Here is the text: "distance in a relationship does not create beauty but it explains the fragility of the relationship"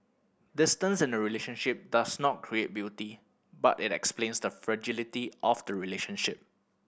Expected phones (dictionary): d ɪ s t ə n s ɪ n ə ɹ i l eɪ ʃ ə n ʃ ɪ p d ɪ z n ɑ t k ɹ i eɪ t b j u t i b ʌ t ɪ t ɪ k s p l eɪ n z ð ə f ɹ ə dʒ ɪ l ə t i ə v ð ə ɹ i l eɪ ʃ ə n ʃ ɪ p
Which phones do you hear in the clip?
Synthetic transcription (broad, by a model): d ɪ s t ə n s ɪ n ə ɹ i l eɪ ʃ ə n ʃ ɪ p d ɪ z n ɑ t k ɹ i eɪ t b j u t i b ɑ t ɪ t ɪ k s p l eɪ n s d ə f ɹ ə dʒ ɪ l ə t i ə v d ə ɹ i l eɪ ʃ ə n ʃ ɪ p